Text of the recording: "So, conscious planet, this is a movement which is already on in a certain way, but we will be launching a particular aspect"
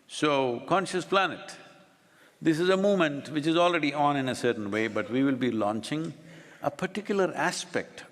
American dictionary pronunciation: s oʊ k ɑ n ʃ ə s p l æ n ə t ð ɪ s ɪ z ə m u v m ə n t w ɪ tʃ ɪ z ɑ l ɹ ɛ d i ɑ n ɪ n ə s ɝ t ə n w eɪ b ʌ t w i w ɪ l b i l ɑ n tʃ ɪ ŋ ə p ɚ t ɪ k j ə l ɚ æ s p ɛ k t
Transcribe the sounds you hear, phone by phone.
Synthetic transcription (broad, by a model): s oʊ k ɑ n ʃ ə s p l æ n ə t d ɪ s ɪ z ə m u m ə n t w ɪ tʃ ɪ z ɑ l ɹ ɛ d i ɑ n ɪ n ə s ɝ t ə n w eɪ b ʌ t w i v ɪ l b i l ɑ n tʃ ɪ ŋ ə p ɚ t ɪ k j ə l ɚ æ s p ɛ k t